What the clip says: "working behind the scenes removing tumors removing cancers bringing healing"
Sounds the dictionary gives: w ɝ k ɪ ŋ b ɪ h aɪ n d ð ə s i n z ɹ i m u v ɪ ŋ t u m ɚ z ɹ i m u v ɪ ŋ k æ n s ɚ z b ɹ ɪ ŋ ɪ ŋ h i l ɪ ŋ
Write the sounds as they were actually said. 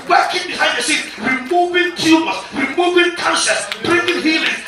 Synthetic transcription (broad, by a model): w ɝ k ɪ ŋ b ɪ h aɪ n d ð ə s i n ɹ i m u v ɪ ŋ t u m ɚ ɹ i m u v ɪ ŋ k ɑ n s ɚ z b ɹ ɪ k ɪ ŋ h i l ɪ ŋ